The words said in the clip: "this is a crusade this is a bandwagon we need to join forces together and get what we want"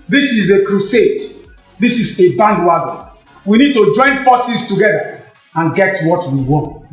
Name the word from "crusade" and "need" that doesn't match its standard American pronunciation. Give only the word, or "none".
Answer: none